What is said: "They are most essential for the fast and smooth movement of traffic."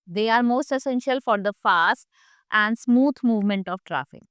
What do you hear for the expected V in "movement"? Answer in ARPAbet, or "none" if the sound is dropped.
V